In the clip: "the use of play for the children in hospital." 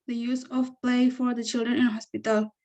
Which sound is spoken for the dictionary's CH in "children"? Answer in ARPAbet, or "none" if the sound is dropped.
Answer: CH